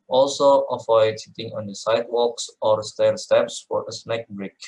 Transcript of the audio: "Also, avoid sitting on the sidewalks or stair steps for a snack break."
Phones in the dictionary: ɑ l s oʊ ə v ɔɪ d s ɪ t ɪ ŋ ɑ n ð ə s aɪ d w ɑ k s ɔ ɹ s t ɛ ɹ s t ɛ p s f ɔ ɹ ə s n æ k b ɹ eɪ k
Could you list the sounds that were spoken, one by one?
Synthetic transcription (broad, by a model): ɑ l s oʊ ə f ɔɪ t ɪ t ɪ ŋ ɑ n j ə s aɪ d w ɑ k s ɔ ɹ s t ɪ l s t ɛ p s f ɔ ɹ ə s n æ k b ɹ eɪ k